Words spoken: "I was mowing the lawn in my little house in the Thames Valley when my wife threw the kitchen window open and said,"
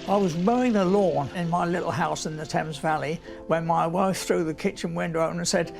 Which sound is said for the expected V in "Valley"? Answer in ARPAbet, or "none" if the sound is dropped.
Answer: V